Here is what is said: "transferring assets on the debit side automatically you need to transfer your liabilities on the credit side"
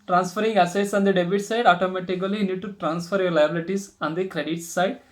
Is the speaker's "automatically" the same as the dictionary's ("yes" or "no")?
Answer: no